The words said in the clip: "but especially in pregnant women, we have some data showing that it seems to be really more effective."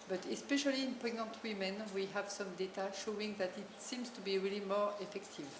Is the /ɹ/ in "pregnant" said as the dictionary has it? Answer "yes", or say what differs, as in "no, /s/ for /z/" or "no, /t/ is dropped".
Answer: no, /ɹ/ is dropped